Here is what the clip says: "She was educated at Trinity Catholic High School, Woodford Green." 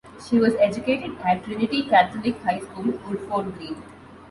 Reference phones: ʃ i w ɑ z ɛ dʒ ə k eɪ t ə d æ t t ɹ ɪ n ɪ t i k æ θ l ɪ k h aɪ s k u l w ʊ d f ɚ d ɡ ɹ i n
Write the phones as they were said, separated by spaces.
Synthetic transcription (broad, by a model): ʃ i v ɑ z ɛ dʒ ə k eɪ t ə d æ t t ɹ ɪ n ɪ t i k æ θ l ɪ k h aɪ s k u l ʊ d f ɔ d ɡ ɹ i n